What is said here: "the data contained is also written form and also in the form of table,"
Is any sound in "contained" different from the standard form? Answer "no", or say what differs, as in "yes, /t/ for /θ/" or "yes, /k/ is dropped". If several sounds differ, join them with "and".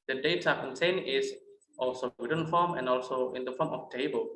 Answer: yes, /d/ is dropped